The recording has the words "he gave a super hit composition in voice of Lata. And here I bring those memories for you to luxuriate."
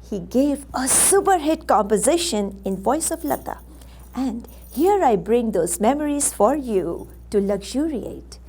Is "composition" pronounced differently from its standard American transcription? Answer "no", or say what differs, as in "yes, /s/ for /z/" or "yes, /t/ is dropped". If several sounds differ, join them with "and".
no